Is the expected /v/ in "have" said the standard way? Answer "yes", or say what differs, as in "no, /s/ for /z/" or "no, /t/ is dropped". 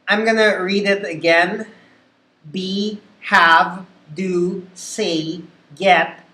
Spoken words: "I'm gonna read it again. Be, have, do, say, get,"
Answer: yes